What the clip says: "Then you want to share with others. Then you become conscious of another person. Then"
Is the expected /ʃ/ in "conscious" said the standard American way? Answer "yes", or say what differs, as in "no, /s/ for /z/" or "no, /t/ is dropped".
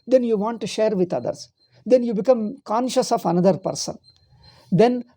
yes